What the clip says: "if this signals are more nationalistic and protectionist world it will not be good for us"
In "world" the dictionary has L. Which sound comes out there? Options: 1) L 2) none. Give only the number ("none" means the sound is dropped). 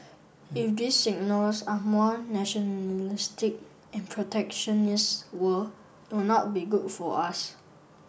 2